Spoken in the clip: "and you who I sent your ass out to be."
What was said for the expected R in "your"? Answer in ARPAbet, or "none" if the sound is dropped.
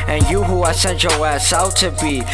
W